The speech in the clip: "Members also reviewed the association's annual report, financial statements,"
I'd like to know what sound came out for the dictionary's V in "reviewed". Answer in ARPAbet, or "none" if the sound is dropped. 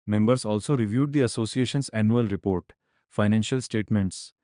V